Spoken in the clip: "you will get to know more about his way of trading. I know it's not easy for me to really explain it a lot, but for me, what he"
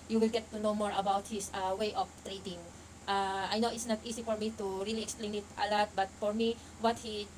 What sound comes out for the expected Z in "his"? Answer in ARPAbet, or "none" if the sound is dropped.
S